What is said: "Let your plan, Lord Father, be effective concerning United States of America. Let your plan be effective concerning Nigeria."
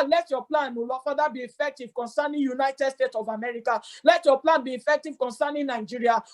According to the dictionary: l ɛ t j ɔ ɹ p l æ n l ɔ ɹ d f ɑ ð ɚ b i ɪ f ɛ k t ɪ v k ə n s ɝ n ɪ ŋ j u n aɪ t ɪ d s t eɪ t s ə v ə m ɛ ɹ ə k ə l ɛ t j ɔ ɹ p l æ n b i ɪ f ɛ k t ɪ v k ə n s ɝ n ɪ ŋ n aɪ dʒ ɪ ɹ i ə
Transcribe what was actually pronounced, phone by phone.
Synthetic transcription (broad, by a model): l ɛ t j ɔ p l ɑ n n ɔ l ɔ f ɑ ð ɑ b i ɪ f ɛ k t ɪ v k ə n s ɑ n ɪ j u n aɪ t ɪ d s t eɪ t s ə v ə m ɛ ɹ ə k ə l ɛ t j ɔ p l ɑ n b i ɪ f ɛ k t ɪ v k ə n s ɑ n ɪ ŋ n aɪ dʒ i ɹ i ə